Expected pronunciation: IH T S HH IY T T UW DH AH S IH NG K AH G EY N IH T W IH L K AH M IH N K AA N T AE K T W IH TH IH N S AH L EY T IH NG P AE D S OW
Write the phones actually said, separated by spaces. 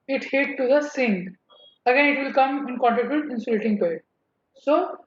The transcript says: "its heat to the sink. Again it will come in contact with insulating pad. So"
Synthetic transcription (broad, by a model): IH T HH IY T T UW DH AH S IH NG AH G EY N IH T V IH L K AH M IH N K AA N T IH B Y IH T IH N S AH L EY T IH NG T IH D S OW